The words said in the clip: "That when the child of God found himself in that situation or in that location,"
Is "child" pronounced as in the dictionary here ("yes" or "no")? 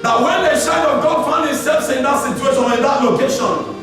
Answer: no